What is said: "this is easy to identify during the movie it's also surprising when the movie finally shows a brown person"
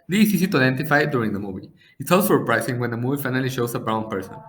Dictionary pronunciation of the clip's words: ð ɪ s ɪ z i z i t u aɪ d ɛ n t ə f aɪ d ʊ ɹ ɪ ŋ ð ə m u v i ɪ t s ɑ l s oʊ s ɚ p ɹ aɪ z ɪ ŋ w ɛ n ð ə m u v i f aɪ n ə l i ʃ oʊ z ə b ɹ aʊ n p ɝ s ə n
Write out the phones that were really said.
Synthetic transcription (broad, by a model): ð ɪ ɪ s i s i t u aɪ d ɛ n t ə f aɪ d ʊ ɹ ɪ ŋ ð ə m u v i ɪ t s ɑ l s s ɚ p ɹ aɪ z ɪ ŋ w ɛ n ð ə m u v i f aɪ n ə l i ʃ oʊ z ə b ɹ aʊ n p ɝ s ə n